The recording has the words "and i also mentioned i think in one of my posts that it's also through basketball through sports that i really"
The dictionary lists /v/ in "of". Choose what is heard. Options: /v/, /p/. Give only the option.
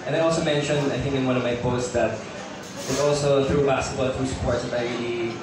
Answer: /v/